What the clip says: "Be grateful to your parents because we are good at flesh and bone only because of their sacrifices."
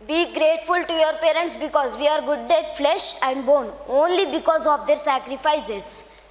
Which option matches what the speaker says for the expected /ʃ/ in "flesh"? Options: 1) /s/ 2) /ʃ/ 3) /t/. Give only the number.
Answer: 2